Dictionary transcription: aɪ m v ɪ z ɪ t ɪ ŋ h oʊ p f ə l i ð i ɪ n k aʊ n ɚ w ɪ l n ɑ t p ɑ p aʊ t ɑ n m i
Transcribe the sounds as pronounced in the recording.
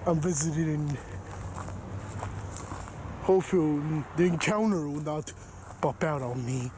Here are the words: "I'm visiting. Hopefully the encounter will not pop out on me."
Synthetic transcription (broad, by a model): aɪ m v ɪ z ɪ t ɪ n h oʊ f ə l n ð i ɪ n k aʊ n ɚ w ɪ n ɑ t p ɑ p aʊ t ɑ n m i